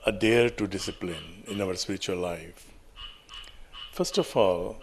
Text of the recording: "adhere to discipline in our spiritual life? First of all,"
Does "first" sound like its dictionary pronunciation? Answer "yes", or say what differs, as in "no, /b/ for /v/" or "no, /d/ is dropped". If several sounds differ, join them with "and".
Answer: yes